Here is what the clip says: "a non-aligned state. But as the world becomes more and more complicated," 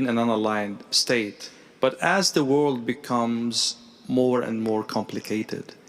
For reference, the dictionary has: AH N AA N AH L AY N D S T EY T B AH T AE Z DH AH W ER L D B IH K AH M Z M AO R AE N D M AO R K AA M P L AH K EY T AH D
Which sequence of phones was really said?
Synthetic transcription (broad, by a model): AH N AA N AH L AY N D S T EY T B AH T AE Z DH AH W ER L D B IH K AH M Z M AO R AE N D M AO R K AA M P L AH K EY T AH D